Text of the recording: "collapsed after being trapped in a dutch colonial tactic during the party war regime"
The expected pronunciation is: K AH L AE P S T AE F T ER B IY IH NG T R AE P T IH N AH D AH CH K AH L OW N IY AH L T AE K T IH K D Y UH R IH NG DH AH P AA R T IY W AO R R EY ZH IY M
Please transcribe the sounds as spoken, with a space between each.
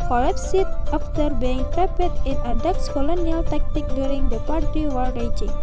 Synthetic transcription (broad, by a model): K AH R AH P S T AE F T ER B IY IH NG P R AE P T IH N AH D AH S K AH L OW N IY AH L T AE K T IH K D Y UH R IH NG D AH P AA R T IY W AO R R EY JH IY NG